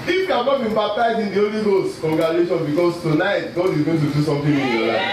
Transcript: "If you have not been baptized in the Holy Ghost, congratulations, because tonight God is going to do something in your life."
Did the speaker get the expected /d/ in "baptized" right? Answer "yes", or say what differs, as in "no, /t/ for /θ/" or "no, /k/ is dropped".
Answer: no, /d/ is dropped